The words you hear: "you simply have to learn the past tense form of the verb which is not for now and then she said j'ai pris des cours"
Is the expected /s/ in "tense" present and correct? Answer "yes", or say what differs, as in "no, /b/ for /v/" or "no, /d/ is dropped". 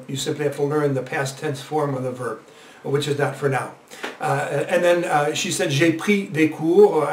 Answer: no, /θ/ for /s/